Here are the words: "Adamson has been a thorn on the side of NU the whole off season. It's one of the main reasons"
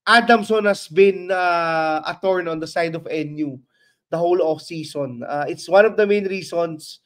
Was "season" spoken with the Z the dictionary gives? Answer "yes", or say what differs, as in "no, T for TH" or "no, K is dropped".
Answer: no, S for Z